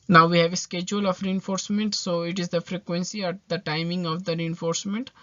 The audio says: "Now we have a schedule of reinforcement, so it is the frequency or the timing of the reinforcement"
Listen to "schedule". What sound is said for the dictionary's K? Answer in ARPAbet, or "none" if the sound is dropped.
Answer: K